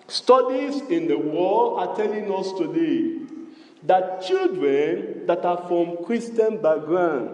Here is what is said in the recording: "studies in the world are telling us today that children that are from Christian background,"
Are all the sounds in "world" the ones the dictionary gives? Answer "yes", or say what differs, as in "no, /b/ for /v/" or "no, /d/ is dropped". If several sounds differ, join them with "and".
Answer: no, /l/ is dropped